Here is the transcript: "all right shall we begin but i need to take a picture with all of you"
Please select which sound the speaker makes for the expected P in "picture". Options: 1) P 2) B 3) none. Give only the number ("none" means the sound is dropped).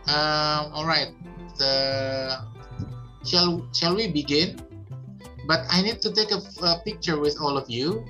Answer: 1